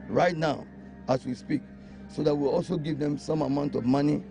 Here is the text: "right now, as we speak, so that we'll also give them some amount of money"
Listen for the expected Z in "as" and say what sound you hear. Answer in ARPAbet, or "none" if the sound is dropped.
S